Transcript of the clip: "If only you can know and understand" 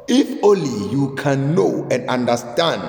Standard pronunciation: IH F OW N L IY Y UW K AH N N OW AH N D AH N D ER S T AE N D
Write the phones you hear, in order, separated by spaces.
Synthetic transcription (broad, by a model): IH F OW L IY Y UW K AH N N OW AH N D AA N D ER S T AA N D